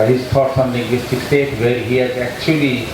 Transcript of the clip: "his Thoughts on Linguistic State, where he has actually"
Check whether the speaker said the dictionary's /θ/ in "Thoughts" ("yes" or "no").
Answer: no